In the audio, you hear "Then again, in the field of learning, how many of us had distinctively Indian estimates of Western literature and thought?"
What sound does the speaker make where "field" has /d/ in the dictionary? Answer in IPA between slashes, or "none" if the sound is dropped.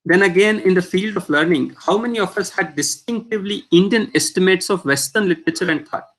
/d/